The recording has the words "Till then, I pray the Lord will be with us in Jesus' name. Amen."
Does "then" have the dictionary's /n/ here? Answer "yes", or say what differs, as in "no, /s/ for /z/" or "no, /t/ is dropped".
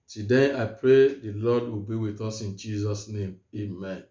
no, /n/ is dropped